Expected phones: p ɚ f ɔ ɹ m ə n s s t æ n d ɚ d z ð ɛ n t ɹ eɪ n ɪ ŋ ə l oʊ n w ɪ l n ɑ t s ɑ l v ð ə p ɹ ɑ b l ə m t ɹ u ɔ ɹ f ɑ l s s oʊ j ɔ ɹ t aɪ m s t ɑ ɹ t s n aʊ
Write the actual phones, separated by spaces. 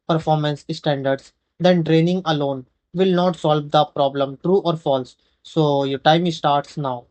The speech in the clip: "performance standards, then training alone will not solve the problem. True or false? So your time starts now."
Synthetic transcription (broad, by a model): p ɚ f ɔ ɹ m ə n s s t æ n d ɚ d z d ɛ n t ɹ eɪ n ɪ ŋ ə l oʊ n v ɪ l n ɑ t s ɑ l v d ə p ɹ ɑ b l ə m t ɹ u ɔ ɹ f ɑ l s s oʊ j ɔ ɹ t aɪ m s t ɑ ɹ t s n aʊ